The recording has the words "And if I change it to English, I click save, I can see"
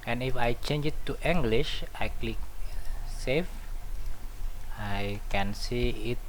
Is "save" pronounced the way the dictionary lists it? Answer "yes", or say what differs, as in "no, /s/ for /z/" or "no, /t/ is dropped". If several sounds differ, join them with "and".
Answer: no, /f/ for /v/